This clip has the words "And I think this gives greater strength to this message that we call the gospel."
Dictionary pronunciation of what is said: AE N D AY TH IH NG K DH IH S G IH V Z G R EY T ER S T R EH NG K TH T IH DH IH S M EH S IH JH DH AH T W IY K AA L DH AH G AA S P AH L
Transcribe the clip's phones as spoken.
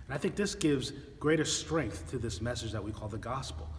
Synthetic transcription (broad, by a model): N AY TH IH NG K DH IH S G IH V Z G R EY T ER S T R EH NG K TH T IH DH IH S M EH S IH JH DH AH T W IY K AA L DH AH G AA S P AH L